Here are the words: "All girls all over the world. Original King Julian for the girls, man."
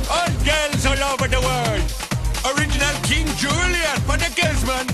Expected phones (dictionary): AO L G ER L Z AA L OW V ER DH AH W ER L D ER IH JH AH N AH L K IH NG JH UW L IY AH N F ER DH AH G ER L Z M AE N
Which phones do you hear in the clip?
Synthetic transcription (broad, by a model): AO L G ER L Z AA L OW V ER DH AH W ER D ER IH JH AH N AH L K IH NG JH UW L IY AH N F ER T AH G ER Z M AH N